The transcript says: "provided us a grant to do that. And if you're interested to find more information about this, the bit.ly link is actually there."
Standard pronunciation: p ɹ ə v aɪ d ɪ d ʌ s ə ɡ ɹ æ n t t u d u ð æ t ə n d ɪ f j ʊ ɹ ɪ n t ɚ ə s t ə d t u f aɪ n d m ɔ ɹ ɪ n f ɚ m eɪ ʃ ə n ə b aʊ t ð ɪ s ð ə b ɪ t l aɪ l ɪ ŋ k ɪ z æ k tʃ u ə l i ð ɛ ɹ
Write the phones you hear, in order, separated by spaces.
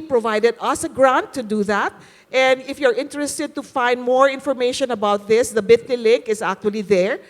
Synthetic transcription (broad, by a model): p ɹ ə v aɪ d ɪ d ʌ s ə ɡ ɹ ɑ n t t u d u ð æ t ə n d ɪ f j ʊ ɹ ɪ n t ɚ ə s t ə d t u f aɪ n d m ɔ ɹ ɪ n f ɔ m eɪ ʃ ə n ə b aʊ t ð ɪ s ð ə b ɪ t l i l ɪ ŋ k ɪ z æ k tʃ u ə l i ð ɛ ɹ